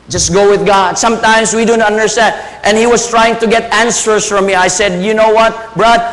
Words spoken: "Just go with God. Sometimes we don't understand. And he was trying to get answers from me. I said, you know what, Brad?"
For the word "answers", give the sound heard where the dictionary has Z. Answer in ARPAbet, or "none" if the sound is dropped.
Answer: S